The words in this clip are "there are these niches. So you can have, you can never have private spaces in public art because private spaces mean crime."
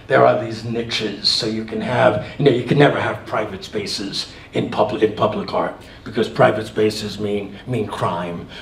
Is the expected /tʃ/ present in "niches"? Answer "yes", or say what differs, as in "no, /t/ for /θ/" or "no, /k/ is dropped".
yes